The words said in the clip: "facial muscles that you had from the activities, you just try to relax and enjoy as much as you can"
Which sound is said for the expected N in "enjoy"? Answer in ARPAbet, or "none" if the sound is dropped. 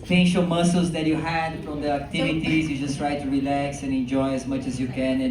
N